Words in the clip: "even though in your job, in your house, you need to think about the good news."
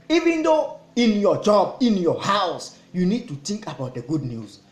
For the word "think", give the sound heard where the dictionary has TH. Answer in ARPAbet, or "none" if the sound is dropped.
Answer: T